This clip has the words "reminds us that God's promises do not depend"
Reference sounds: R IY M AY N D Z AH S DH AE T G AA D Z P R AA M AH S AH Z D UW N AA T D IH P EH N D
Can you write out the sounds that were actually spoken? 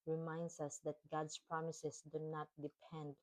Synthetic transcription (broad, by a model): R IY M AY N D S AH S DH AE T G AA D S P R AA M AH S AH S D UW N AA T D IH P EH N D